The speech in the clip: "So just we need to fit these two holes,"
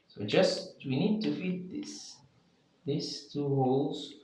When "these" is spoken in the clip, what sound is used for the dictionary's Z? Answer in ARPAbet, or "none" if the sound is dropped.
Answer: S